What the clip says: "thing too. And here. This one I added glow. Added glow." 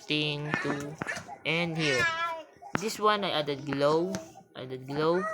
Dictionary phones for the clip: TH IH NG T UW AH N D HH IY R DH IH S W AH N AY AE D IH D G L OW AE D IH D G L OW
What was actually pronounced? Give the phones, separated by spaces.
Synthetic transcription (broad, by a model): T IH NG T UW AH N D HH IY R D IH S W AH N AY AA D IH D G L OW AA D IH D G L OW